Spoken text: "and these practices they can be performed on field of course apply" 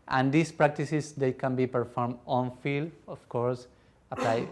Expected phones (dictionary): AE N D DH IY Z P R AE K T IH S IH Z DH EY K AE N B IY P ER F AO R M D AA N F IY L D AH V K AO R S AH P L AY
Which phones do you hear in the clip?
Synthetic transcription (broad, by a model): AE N D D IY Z P R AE K T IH S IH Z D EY K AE N B IY P ER F AO R M D AA N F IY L AH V K AO R S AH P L AY